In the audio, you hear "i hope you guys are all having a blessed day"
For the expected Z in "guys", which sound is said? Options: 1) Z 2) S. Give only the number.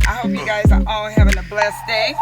1